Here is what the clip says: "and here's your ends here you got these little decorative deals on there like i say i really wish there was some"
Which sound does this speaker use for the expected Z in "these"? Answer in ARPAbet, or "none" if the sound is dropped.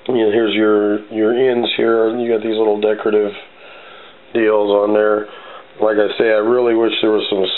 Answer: Z